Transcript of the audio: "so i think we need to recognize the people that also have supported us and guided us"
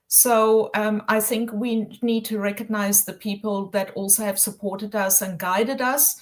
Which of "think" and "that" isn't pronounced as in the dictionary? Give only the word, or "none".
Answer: none